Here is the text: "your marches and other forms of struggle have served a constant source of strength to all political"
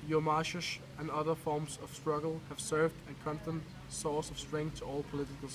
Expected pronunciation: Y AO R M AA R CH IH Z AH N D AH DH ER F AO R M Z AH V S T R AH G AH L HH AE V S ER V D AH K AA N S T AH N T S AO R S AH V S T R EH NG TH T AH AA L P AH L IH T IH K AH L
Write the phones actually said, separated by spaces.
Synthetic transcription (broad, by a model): Y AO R M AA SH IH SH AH N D AH DH ER F AO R M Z AH V S T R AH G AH L HH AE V S ER V D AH K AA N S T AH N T S AO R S AH V S T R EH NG T AH AA L P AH L IH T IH K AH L